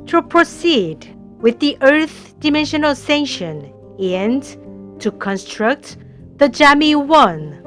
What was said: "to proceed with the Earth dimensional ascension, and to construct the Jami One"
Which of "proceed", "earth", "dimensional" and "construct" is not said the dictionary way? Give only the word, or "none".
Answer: none